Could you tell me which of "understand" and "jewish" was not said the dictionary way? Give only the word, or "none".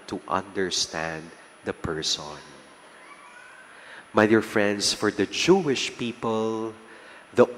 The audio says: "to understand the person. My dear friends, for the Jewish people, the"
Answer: none